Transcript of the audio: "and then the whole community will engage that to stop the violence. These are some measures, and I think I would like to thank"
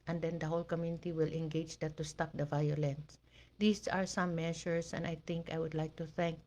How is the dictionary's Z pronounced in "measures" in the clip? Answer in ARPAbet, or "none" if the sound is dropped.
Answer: S